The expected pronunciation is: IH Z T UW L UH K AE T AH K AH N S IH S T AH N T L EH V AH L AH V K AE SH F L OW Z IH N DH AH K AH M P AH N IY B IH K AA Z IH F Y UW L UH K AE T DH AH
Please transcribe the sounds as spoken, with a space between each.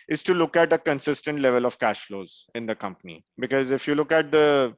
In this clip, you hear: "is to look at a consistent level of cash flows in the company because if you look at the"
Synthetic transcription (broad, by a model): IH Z T UW L UH K AE T AH K AH N S IH S T AH N T L EH V AH L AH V K AE SH F L OW Z IH N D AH K AH M P AH N IY B IH K AA Z IH F Y UW L UH K AE T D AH